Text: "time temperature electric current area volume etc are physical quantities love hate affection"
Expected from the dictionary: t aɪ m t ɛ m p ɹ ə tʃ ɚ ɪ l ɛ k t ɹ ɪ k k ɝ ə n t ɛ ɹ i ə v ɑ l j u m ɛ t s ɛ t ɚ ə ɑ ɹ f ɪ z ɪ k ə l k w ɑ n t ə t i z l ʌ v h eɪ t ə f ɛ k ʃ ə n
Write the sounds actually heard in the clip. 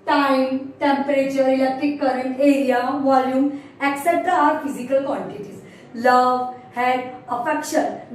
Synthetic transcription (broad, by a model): t aɪ m t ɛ m p ɹ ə tʃ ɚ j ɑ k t ɪ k k ɝ ə n t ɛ ɹ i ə v ɑ l j u m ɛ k s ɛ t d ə ɑ ɹ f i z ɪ k ə l k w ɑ n t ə t i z l ʌ v h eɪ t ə f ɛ k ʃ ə n